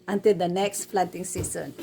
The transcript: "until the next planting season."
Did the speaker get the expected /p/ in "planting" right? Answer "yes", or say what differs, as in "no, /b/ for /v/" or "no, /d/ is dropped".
no, /f/ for /p/